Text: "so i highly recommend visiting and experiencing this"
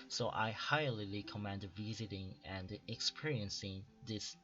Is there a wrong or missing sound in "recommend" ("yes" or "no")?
yes